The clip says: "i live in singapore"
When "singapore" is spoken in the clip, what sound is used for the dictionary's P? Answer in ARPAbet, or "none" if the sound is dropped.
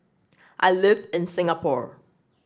P